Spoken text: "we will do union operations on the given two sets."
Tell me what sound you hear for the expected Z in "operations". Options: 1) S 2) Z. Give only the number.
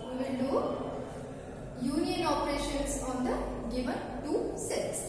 1